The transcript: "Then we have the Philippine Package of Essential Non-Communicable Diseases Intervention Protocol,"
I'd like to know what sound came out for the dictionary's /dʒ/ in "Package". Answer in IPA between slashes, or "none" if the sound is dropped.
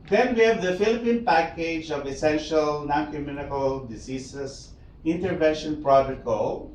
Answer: /dʒ/